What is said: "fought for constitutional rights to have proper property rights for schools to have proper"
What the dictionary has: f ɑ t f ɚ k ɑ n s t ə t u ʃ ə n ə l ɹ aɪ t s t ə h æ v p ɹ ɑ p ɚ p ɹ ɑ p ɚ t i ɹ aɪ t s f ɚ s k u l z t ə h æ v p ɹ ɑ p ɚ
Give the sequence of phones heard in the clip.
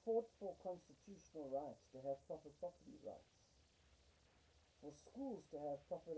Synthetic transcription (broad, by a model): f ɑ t f ɚ k ɑ n s t ə t u ʃ ə n ə l ɹ aɪ t s t ə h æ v p ɹ ɑ p ɚ p ɹ ɑ p ɚ t i ɹ aɪ t s f ɚ s k u l z t ə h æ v p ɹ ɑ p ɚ